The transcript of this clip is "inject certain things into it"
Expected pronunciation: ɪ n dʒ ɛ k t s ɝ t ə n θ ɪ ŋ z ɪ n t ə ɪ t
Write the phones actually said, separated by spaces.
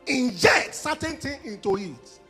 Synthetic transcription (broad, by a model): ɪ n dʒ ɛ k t s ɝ t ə n t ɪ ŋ ɪ n t ə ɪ t